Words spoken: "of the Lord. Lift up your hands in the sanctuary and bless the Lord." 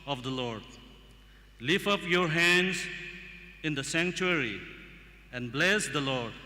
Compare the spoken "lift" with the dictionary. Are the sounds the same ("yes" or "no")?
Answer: no